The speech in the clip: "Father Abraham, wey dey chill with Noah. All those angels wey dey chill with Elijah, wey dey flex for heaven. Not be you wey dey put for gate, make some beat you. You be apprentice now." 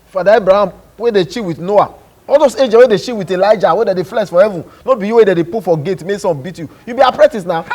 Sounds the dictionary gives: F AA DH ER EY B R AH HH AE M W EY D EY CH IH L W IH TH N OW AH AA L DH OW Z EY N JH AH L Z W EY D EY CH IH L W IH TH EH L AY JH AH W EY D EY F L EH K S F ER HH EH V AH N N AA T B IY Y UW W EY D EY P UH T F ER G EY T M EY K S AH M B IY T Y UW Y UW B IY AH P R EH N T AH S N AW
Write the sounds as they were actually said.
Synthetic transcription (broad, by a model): F AA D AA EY B R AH HH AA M W EY D EY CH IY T W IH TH N OW AH AA L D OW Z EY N JH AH W EY D EY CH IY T W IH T EH L AY JH AH W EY D EY F L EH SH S F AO HH EH V AH N N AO B IY Y UW W EY D EY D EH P F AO G EY T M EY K S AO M B IY T Y UW Y UW B IY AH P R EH T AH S N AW